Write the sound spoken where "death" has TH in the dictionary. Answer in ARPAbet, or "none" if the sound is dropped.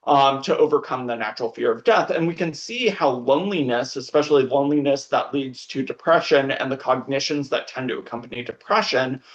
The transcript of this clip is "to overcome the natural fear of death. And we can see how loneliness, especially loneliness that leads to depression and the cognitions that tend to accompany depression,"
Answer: TH